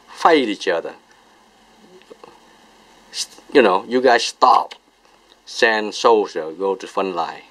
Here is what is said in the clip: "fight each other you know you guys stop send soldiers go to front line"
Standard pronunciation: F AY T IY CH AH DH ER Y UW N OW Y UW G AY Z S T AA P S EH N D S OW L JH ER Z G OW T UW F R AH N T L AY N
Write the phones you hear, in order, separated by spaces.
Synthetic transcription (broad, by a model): F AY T IY CH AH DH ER Y UW N OW Y UW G AY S S T AA P S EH N S OW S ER G OW T UW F AH N L AY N